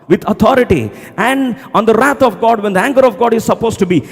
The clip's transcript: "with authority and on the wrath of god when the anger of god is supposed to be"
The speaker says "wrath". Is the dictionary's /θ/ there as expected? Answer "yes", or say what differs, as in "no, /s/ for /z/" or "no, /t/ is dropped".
no, /t/ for /θ/